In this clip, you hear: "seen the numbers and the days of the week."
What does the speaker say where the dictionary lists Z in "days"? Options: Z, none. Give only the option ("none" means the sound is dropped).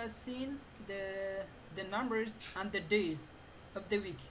Z